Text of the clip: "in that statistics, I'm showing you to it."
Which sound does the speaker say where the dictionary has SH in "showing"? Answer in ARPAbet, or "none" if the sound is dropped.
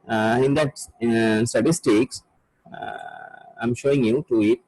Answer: SH